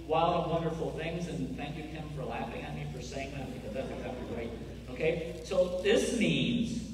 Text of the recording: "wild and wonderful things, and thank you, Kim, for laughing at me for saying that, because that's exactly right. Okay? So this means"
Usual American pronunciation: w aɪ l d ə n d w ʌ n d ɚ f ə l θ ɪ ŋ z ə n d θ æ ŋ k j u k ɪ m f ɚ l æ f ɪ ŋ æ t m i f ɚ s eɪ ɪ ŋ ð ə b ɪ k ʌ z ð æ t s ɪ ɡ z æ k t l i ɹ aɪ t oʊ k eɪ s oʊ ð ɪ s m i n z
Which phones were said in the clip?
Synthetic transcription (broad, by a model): w aɪ l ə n w ʌ n d ɚ f l θ ɪ ŋ z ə n θ æ ŋ k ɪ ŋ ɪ m f ɚ l æ f ɪ ŋ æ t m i f ɚ s eɪ ɪ ŋ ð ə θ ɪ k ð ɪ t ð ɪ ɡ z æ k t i ɹ aɪ t oʊ k eɪ s oʊ ð ɪ s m i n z